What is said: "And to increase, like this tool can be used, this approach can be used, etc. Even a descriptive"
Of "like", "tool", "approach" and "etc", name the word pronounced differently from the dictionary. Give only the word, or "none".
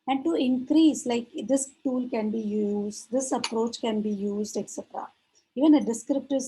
none